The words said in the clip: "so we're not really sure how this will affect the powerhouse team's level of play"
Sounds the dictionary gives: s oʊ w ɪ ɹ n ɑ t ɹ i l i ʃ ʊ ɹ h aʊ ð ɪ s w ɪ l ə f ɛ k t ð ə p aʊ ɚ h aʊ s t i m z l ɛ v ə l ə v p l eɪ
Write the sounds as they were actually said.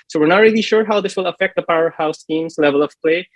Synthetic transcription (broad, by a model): s oʊ w ɪ ɹ n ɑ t ɹ i l i ʃ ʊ ɹ h aʊ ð ɪ s w ɪ l ə f ɛ k t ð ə p aʊ ɚ h aʊ s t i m s l ɛ v ə l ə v p l eɪ